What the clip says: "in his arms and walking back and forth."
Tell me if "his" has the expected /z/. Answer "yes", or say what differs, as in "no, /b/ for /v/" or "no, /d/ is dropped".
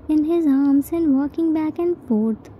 yes